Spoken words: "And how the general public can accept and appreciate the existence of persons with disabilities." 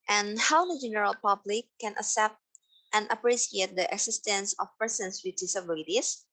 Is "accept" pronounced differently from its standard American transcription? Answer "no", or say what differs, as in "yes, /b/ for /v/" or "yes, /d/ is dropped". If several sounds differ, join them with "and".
yes, /k/ is dropped